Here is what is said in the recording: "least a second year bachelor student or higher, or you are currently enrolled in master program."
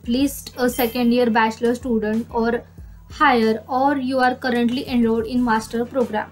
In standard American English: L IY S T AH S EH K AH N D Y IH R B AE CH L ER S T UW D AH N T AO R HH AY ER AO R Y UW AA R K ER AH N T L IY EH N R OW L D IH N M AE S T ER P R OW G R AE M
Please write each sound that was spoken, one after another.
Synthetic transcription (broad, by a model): L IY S T AH S EH K AH N D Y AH R B AE CH L ER S T UW D AH N T AO R HH AY ER AO R Y UW AA R K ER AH N T L IY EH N L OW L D IH N M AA S T ER P R OW G R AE M